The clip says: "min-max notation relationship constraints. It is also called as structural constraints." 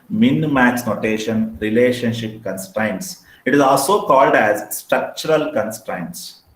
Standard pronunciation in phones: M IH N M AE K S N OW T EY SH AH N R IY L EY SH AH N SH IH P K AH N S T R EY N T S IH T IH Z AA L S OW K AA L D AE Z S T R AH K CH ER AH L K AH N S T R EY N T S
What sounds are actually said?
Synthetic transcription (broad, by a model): M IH N M AE K S N OW T EY SH AH N R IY L EY SH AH N SH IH P K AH N S T R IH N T S IH T IH Z AA L S OW K AA L D AE Z S T R AH K CH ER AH L K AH N S T R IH N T S